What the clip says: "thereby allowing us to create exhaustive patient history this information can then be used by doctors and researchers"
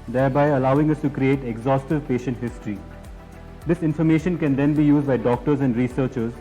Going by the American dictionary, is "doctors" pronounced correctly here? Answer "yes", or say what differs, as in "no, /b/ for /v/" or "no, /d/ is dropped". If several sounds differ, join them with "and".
yes